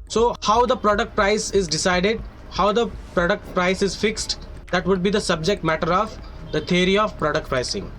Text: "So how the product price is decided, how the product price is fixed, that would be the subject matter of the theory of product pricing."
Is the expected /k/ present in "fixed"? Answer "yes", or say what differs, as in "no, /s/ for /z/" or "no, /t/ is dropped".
yes